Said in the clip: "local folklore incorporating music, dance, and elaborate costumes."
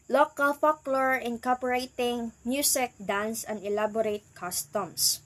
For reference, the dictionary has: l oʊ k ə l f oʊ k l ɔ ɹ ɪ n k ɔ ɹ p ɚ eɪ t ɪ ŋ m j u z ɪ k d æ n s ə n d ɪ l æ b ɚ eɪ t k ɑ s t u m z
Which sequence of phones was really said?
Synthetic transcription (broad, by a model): l oʊ k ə l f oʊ k l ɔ ɹ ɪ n k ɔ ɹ p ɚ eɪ t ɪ ŋ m j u s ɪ k d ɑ n s ə n d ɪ l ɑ b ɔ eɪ t k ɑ s t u m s